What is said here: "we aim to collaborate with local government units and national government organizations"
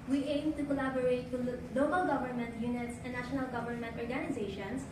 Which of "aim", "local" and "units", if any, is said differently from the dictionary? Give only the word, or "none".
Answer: none